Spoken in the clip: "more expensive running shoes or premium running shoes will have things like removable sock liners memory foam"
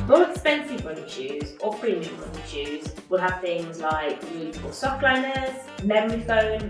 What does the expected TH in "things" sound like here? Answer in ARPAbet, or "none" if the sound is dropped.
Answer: TH